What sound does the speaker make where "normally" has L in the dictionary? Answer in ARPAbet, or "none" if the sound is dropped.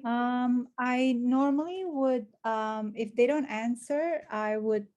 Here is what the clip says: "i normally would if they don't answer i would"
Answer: L